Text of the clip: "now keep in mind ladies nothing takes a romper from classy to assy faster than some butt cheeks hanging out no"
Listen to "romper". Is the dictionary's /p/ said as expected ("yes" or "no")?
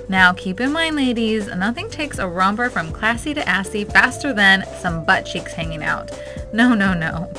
no